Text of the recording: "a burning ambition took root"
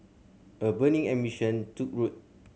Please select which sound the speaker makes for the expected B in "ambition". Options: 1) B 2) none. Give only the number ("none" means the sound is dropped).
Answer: 2